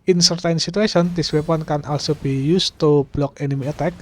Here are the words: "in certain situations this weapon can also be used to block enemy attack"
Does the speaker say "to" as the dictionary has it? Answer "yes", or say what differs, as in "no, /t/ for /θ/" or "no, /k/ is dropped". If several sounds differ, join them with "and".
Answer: yes